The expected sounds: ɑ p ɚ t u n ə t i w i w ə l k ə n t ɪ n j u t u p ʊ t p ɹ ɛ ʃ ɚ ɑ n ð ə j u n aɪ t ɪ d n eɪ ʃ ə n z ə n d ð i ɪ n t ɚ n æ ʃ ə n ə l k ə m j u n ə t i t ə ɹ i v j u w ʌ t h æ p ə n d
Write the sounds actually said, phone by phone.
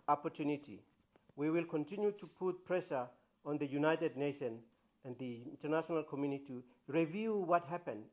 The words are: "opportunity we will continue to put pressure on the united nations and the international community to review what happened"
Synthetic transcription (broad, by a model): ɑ p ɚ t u n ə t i w i w ə l k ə n t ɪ n j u t u p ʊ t p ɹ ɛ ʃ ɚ ɑ n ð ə j u n aɪ t ɪ d n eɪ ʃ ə n ə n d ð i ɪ n t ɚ n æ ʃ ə n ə l k ə m j u n ə t i ɹ i v j u w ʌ t h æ p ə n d